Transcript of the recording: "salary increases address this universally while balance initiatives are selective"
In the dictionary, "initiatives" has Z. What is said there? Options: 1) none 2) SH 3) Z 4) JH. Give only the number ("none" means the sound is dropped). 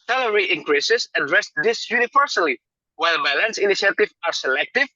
1